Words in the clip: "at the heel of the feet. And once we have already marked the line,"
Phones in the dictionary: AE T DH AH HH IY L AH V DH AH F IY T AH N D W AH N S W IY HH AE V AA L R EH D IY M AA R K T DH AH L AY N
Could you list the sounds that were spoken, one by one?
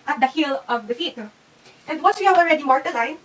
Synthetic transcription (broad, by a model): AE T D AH HH IY L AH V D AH F IY T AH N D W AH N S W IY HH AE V AA L R EH D IY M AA R T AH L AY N